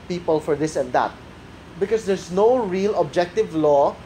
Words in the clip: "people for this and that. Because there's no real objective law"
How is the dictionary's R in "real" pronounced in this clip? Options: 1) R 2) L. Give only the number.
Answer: 1